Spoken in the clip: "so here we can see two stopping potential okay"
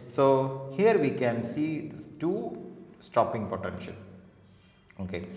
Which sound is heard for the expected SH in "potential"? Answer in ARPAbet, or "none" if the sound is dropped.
SH